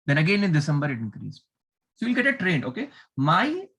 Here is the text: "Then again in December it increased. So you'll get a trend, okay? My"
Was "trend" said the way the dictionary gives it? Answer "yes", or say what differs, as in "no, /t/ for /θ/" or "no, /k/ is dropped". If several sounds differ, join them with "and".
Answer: no, /d/ is dropped